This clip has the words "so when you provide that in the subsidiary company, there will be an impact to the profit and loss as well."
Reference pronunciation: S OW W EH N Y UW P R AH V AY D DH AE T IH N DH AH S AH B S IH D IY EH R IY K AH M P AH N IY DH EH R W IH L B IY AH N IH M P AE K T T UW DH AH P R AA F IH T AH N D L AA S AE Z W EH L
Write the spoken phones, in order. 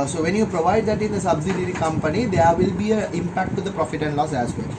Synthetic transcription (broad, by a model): S OW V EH N Y UW P R AH V AY D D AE T IH N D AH S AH B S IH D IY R IY K AH M P AH N IY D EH R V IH L B IY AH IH M P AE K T T UW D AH P R AA F IH T AH N D L AA S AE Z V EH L